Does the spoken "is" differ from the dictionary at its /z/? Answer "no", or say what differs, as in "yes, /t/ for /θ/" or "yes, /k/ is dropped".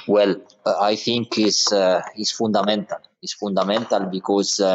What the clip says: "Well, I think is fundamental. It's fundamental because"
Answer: yes, /s/ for /z/